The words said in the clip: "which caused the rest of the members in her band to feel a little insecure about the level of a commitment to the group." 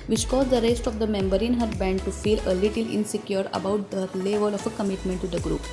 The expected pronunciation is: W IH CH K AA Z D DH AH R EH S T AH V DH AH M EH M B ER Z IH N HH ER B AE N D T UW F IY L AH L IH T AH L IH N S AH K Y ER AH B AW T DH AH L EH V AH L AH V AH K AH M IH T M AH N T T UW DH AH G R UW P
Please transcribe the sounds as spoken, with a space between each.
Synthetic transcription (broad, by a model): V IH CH K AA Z D AH R EH S T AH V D AH M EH M B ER IH N HH ER B AE N D T UW F IY L AH L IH T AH L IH N S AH K Y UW AH B AW T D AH L EH V AH L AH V AH K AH M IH T M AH N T T UW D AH G R UW P